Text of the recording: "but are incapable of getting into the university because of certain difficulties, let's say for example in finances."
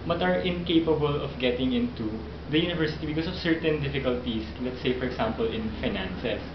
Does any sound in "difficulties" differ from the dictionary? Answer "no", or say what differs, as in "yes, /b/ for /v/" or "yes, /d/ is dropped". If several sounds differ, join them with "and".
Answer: yes, /s/ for /z/